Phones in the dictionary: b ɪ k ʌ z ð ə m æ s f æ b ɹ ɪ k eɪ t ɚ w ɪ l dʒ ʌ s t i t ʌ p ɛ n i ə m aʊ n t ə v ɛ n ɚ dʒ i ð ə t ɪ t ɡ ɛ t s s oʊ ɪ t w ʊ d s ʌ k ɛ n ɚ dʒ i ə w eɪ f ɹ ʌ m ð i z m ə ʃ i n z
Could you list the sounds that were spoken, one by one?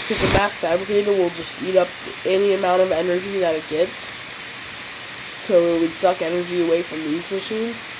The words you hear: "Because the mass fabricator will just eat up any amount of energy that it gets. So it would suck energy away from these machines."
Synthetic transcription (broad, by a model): k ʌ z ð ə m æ s f æ b ɹ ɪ k eɪ t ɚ w ɪ l dʒ ʌ s t i t ʌ p ɛ n i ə m aʊ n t ə v ɛ n ɚ dʒ i ð ə t ɪ t ɡ ɛ t s s oʊ ɪ t w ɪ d s ʌ k ɛ n ɚ dʒ i ə w eɪ f ɹ ʌ m ð i z m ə ʃ i n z